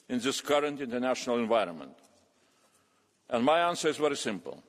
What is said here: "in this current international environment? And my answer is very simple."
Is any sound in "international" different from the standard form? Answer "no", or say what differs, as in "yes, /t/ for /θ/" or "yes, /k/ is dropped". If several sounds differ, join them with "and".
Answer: no